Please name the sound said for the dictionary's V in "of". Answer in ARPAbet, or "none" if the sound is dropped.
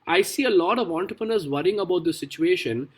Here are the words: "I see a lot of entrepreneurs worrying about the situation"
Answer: V